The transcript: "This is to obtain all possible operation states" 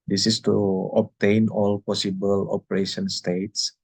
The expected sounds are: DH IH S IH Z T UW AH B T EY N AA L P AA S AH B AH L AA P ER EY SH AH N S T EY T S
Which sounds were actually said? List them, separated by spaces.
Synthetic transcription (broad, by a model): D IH S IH S T UW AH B T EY N AA L P AA S AH B AH L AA P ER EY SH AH N S T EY T S